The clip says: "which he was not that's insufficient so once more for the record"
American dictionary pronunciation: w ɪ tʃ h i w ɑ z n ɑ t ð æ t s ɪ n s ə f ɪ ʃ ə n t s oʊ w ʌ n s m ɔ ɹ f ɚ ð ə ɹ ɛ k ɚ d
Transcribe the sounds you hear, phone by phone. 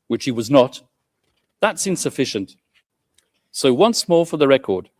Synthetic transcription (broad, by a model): w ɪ tʃ h i w ɑ z n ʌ t ð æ t s ɪ n s ə f ɪ ʃ ə n t s oʊ w ʌ n s m ɔ ɹ f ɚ ð ə ɹ ɛ k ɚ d